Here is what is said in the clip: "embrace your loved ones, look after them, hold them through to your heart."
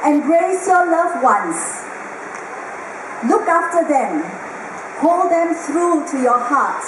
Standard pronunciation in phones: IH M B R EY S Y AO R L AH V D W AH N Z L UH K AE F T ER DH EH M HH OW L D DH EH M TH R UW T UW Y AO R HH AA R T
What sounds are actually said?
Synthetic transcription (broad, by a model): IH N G R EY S Y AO L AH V W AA N S L UH K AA F T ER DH EH M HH OW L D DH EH M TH R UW T UW Y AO HH AA T